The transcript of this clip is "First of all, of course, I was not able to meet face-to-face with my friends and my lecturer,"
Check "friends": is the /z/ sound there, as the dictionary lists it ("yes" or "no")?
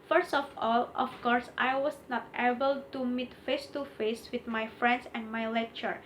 no